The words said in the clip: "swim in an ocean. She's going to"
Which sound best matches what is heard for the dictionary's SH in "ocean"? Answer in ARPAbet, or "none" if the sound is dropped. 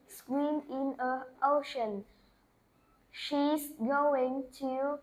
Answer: SH